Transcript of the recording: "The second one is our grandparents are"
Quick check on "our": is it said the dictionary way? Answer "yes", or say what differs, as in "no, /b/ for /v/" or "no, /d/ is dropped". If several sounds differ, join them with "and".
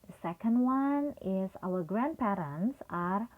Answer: no, /l/ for /ɹ/